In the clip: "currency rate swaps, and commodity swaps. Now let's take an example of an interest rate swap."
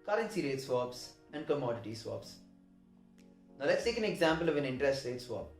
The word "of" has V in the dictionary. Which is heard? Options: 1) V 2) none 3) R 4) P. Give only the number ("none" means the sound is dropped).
1